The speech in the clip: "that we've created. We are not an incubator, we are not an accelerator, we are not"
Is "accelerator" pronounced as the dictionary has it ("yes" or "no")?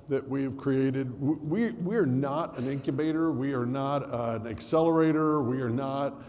yes